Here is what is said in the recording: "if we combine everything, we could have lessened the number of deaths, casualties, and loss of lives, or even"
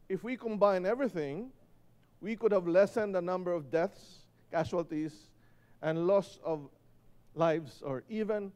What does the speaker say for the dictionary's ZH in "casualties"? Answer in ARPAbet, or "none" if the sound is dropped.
SH